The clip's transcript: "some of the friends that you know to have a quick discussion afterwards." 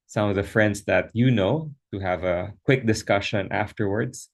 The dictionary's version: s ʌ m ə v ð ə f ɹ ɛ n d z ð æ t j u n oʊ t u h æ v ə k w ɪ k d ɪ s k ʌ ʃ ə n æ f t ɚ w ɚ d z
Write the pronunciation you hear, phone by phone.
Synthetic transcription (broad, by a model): s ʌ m ə v ð ə f ɹ ɛ n d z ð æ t j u n oʊ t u h æ v ə k w ɪ k d ɪ s k ʌ ʃ ə n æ f t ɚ w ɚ d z